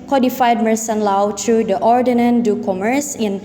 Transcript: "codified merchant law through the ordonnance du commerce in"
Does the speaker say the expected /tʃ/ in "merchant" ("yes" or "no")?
no